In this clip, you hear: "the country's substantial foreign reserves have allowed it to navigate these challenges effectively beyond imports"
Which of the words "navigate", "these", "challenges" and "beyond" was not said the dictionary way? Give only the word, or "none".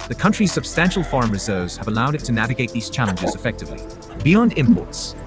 none